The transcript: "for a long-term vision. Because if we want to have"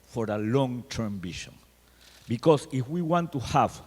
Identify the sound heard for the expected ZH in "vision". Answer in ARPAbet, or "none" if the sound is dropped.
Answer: SH